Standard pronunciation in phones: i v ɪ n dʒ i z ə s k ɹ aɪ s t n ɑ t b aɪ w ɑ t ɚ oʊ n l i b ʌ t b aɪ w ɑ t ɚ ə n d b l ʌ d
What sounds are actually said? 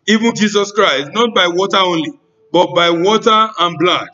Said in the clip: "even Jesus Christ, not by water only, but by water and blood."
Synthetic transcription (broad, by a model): i v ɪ n dʒ i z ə s k ɹ aɪ s t n ɑ t b aɪ w ɑ t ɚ oʊ n l i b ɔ t b aɪ w ɑ t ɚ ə n b l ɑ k